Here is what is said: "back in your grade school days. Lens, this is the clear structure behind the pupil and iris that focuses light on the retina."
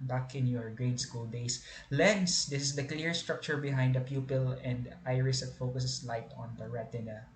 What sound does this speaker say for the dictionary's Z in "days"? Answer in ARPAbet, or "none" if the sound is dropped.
S